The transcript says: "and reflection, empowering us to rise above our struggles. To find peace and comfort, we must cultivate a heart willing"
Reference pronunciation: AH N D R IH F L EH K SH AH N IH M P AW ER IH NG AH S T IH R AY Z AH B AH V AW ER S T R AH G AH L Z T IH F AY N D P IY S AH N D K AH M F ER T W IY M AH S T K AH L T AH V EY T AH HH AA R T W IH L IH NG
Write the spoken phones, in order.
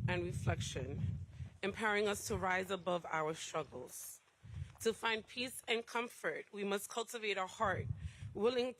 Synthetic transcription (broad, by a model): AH N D R IH F L EH K SH AH N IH M P AW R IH NG AH S T IH R AY Z AH B AH V AW ER S T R AH G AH L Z T IH F AY N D P IY S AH N K AH M F ER T W IY M AH S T K AH L T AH V EY T AH HH AA R T W IH L IH NG